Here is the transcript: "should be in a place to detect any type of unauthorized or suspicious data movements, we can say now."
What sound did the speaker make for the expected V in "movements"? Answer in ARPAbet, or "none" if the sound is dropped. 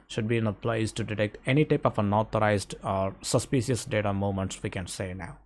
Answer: none